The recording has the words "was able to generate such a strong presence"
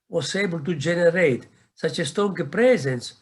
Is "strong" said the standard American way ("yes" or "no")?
no